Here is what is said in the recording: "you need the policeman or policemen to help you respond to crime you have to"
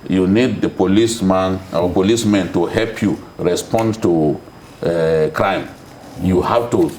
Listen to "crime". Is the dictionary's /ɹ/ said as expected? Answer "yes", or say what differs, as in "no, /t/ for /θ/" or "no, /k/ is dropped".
yes